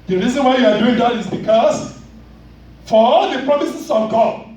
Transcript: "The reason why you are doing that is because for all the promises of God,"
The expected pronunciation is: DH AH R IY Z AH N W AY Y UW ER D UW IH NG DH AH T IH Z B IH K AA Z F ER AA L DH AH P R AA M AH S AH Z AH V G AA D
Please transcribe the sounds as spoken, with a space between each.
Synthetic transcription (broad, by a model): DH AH R IY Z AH N W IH Y UW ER D UW IH NG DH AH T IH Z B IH K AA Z F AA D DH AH P R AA M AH S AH S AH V G AA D